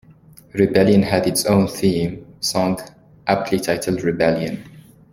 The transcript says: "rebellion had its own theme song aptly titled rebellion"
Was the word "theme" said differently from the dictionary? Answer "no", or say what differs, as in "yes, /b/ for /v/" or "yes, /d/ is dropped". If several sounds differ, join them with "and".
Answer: no